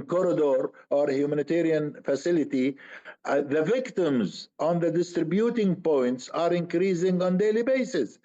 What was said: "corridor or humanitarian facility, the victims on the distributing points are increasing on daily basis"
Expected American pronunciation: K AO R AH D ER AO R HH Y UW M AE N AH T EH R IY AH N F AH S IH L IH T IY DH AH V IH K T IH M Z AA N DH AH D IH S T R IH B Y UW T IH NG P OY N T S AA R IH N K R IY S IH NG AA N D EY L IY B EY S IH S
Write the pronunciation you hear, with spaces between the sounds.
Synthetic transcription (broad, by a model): K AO R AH D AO AO R HH Y UW M AE N AH T EH R IY AH N F AH S IH L IH T IY DH AH V IH K T IH M Z AA N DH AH D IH S T R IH B Y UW T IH NG P OY N T S AA R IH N K R IY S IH NG AA N D EY L IY B EY S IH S